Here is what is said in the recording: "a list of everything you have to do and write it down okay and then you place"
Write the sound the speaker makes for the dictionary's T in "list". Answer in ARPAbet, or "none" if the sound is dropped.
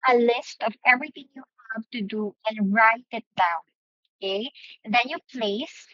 T